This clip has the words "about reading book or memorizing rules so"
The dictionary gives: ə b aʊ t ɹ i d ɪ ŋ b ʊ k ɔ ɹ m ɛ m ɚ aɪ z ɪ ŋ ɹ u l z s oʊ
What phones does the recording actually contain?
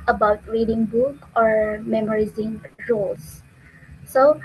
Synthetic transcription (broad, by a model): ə b aʊ t ɹ i d ɪ ŋ b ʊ k ɔ ɹ m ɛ m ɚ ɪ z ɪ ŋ ɹ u l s s oʊ